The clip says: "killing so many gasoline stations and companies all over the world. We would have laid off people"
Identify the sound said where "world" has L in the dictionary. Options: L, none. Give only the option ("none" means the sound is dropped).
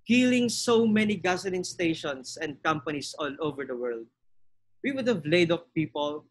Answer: L